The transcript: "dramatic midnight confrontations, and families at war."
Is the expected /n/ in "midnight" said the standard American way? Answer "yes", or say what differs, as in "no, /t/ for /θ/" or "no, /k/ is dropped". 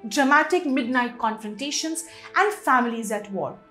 yes